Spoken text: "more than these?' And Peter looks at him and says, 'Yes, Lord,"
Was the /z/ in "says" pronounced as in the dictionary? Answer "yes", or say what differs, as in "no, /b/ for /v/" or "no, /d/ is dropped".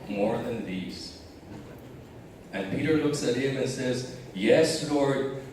yes